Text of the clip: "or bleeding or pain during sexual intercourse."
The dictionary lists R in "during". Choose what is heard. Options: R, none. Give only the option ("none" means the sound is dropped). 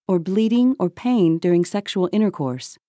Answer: R